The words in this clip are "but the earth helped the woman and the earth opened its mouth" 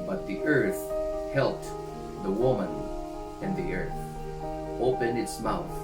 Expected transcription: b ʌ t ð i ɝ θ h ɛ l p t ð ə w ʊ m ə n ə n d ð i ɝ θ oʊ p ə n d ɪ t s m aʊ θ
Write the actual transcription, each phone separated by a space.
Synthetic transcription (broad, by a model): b ʌ t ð i ɝ θ h ɛ l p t ð ə w ʊ m ə n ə n ð i ɝ θ oʊ p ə n ɪ t s m aʊ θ